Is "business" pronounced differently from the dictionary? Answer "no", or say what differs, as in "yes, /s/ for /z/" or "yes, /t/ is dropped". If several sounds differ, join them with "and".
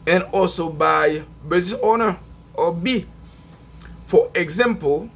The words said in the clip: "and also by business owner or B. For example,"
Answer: yes, /n/ is dropped